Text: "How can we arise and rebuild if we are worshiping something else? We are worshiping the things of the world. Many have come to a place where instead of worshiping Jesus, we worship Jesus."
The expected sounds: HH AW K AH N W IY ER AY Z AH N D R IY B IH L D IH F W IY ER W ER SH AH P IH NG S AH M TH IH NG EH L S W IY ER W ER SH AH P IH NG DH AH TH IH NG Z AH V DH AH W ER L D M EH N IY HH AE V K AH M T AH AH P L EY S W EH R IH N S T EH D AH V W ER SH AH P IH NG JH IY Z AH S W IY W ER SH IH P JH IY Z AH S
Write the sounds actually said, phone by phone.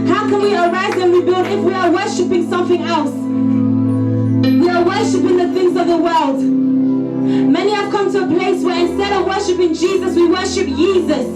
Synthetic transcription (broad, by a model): HH AW K AH N W IY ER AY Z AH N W IY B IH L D IH F W IY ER W ER SH AH P IH NG S AH M TH IH NG EH L S W IY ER W ER SH AH P IH NG DH AH TH IH NG Z AH V DH AH W ER L D M EH N IY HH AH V K AH M T AH AH P L EY S W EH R IH N S T EH D AH V W ER SH AH P IH NG JH IY Z AH S W IY W ER SH IH P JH IY Z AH S